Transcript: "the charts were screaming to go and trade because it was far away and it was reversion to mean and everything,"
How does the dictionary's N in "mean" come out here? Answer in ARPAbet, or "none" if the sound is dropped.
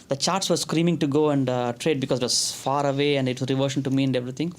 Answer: none